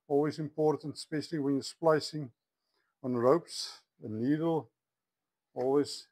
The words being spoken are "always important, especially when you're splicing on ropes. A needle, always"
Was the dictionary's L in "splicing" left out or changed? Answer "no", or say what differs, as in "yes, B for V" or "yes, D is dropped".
no